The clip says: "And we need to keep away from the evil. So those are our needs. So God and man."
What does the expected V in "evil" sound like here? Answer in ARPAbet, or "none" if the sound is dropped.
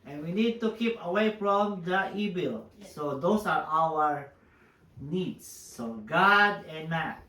B